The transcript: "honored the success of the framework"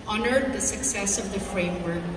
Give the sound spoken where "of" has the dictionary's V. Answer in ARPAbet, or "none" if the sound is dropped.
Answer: V